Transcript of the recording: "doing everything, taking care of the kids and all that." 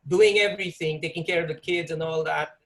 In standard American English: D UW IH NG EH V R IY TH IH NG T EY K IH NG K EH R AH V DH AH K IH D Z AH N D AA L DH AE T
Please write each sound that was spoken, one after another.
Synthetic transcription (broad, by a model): D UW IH NG EH V R IY TH IH NG T EY K IH NG K EH R AH V DH AH K IH D Z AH N AA L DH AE T